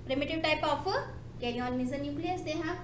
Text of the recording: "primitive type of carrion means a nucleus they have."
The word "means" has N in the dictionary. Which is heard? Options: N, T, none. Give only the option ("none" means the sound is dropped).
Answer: none